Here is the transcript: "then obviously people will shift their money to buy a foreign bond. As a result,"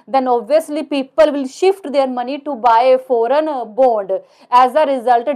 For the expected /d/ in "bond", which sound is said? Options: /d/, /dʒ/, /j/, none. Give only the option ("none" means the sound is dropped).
/d/